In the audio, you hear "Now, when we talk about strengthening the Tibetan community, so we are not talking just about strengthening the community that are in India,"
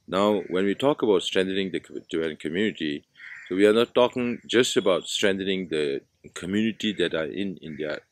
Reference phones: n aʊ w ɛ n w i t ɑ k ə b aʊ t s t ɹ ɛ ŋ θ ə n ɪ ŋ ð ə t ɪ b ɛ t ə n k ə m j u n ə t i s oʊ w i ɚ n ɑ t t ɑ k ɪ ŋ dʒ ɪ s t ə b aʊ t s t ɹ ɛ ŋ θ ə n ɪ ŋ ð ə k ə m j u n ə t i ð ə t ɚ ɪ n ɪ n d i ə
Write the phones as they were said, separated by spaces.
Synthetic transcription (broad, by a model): n aʊ w ɛ n w i t ɑ k ə b aʊ t s t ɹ ɛ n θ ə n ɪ ŋ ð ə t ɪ ɛ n k ə m j u n ə t i s oʊ w i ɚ n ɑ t t ɑ k ɪ ŋ dʒ ɪ s t ə b aʊ t s t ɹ ɛ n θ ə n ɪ ŋ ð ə k ə m j u n ə t i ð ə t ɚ ɪ n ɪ n d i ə